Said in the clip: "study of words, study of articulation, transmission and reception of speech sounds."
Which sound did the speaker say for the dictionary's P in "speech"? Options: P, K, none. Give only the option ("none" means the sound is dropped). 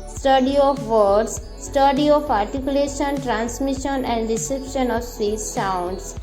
none